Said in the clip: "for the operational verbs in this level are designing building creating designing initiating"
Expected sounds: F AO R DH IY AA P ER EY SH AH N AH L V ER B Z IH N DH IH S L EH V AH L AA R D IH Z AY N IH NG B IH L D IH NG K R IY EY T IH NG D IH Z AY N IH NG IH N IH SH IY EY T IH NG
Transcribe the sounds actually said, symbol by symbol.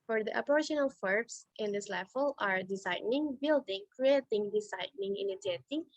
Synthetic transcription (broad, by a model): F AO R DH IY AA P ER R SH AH N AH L F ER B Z IH N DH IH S L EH F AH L AA R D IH S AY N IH NG B IH L D IH NG K R IY EY T IH NG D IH S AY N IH NG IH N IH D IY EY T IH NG